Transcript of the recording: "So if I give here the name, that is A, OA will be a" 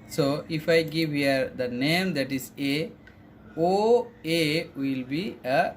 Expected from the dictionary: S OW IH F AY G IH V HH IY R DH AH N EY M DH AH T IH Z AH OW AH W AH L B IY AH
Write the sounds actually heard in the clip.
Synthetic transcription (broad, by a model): S OW IH F AY G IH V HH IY R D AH N EY M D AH T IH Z AH OW AH W AH L B IY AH